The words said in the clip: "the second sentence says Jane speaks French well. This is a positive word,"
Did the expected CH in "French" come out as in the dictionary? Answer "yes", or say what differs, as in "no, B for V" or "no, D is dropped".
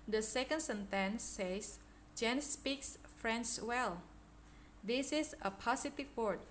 no, S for CH